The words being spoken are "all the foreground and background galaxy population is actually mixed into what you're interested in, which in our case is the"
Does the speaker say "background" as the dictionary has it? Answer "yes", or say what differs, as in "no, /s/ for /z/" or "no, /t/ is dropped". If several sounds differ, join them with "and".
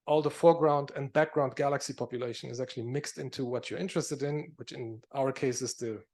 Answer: yes